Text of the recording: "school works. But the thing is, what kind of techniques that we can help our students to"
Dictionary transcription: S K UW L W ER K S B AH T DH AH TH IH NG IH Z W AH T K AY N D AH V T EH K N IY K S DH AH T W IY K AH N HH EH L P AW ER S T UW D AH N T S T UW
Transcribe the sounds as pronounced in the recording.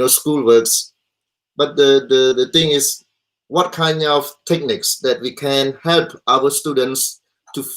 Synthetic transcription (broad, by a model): S K UW L W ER K S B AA T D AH T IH NG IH S W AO T K AY N D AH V T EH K N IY K S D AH T W IY K AH N HH EH L P AW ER S T UW D AH N T S T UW